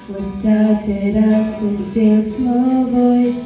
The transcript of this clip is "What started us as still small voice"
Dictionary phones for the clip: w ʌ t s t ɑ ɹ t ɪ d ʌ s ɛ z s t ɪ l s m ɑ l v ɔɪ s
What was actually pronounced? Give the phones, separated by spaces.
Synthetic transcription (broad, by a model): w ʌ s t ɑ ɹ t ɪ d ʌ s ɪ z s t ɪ n s m ɑ l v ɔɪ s